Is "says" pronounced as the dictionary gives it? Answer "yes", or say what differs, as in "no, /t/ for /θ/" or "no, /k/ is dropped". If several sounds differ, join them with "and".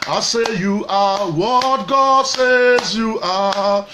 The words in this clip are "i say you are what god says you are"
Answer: yes